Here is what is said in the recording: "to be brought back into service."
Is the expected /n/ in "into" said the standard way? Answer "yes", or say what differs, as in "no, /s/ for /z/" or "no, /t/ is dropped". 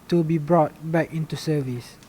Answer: yes